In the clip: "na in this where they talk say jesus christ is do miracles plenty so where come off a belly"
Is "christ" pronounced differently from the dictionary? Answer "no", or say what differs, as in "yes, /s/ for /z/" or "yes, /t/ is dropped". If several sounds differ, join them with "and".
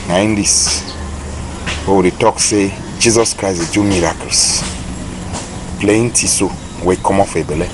yes, /t/ is dropped